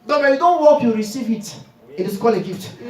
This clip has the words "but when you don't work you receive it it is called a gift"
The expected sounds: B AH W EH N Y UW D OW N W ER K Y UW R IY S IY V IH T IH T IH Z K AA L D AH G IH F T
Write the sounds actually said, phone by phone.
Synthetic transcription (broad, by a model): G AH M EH Y UW D OW N W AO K Y UW R IY S IY V IH T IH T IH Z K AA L AH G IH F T